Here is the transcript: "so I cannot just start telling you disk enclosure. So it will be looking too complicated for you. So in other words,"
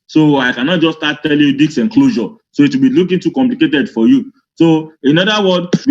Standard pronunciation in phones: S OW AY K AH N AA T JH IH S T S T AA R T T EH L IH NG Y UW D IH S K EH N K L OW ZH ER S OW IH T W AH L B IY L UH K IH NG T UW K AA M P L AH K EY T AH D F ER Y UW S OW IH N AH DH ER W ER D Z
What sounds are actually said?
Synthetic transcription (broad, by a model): S OW AY K AH N AA T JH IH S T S T AA T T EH L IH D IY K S EH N K L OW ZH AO S OW IH T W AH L B IY L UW K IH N T UW K AA M P L AH K EY T AH D F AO Y UW S OW IH N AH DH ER W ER D